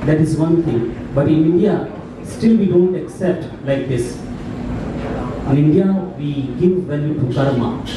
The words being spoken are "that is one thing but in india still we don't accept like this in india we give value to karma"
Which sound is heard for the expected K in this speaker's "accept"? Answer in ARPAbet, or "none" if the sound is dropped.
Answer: K